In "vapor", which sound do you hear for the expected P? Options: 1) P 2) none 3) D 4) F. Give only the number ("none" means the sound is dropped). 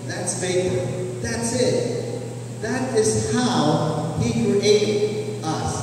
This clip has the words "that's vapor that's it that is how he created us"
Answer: 4